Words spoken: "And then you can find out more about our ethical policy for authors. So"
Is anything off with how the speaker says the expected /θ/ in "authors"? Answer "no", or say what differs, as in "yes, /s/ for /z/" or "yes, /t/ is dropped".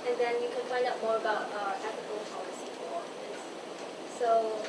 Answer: yes, /f/ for /θ/